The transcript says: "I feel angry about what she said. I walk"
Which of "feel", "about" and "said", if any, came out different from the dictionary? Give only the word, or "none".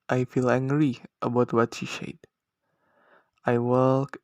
said